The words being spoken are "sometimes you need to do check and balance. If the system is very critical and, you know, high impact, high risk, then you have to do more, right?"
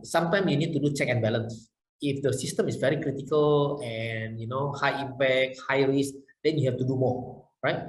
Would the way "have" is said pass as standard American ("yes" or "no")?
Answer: no